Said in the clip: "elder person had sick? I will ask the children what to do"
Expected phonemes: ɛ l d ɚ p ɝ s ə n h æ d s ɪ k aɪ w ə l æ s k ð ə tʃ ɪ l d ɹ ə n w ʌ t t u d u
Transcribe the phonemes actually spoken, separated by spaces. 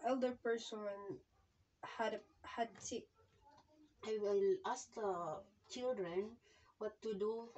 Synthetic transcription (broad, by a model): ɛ l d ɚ p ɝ s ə n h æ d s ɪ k aɪ w ə l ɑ s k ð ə tʃ ɪ l d ɹ ə n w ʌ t t u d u